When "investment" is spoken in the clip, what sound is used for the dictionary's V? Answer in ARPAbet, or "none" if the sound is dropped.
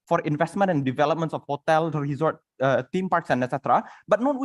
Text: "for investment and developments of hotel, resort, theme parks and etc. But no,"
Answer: V